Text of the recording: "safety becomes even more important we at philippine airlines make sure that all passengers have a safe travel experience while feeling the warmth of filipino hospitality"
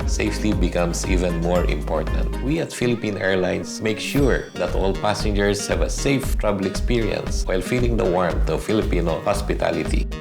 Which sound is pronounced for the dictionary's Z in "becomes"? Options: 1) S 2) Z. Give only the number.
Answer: 1